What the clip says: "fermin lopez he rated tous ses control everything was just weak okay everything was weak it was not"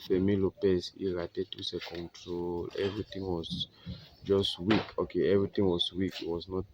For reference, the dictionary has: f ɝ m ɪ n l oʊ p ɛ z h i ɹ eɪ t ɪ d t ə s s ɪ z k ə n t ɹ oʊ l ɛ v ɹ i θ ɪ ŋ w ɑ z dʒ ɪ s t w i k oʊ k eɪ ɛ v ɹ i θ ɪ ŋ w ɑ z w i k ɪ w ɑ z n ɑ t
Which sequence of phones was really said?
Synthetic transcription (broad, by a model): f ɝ m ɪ l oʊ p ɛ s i ɹ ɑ t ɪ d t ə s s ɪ k ə n t ɹ oʊ l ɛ v ɹ i t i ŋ w ɑ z dʒ ɪ s t w i k oʊ k eɪ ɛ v ɹ i t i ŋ w ɑ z w i k ɪ w ɑ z n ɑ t